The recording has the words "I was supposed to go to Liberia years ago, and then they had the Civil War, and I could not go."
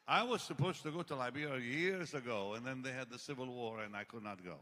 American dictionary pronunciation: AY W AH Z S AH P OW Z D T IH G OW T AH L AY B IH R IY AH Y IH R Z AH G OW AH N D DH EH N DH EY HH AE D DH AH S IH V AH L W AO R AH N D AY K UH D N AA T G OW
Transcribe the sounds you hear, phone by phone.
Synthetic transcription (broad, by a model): AY W AH Z S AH P OW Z T IH G OW T AH L AY B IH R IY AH Y IH R Z AH G OW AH N DH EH N DH EY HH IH D DH AH S IH V AH L W AO R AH N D AY K UH D N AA T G OW